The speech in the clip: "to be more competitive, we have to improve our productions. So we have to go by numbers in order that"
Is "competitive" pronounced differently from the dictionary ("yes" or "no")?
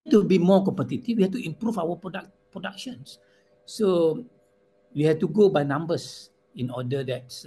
yes